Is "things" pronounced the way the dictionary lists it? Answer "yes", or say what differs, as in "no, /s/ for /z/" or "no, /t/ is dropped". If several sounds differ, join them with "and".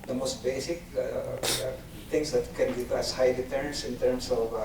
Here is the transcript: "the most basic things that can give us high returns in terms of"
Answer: no, /t/ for /θ/